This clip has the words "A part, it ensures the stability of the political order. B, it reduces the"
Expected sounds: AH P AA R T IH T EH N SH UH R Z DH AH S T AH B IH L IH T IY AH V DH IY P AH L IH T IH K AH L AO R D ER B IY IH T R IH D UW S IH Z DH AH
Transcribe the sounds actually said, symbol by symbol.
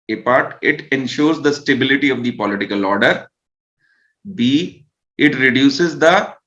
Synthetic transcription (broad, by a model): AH P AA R T IH T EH N SH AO R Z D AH S T AH B IH L IH T IY AH V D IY P AH L IH T IH K AH L AO R D ER B IY IH T R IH D UW S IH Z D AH